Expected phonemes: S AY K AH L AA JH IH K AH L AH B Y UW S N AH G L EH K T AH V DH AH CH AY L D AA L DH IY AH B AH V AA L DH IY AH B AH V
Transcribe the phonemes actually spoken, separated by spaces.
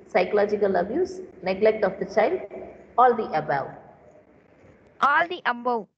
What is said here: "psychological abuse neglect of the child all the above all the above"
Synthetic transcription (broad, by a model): S AY K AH L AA JH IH K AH L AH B Y UW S N AH G L EH K T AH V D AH CH AY L D AA L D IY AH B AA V AA L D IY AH B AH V